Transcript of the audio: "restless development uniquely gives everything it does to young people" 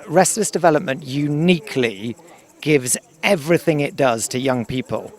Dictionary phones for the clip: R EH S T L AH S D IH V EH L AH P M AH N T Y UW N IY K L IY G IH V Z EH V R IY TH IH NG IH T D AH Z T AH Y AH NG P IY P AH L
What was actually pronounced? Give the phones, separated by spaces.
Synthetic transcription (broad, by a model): R EH S L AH S D IH V EH L AH P M AH N T Y UW N IY K L IY G IH V Z EH V R IY TH IH NG IH T D AH Z T AH Y AH NG P IY P AH L